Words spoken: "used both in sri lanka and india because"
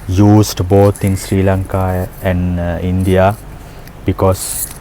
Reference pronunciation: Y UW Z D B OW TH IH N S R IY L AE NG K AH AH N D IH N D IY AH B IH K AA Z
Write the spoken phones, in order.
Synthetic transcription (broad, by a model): Y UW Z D B OW T IH N S R IY L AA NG K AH AH N D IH N D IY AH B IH K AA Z